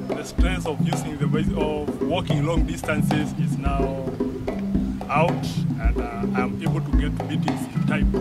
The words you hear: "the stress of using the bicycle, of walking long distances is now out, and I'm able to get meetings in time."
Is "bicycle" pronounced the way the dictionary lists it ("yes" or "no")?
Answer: no